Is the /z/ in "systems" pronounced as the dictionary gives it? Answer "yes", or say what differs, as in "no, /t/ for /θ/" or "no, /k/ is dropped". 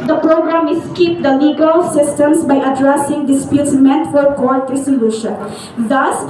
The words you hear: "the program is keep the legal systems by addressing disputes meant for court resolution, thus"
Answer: no, /s/ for /z/